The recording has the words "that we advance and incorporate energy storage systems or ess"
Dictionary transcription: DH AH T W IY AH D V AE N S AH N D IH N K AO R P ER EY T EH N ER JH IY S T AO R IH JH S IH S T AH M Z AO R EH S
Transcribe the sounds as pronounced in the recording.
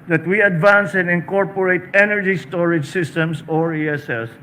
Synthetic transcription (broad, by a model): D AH T W IY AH D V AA N S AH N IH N K AO R P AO EY T EH N ER JH IY S T AO R IH JH S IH S T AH M S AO R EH S